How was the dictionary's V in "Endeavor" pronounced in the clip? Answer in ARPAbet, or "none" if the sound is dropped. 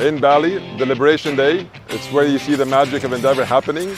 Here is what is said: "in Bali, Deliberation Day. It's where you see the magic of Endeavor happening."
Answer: V